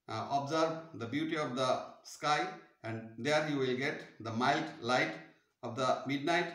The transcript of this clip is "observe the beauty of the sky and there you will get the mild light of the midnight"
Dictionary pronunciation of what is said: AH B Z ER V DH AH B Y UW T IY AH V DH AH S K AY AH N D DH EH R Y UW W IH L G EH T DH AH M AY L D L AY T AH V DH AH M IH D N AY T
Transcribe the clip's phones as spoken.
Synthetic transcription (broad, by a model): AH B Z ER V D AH B Y UW T IY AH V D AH S K AY AH N D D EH R Y UW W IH L G EH T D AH M AY L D L AY T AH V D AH M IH D N AY T